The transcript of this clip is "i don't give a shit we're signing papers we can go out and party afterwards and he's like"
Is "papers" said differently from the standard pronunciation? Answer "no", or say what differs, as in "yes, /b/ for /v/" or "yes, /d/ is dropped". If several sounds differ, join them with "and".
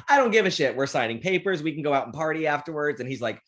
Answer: no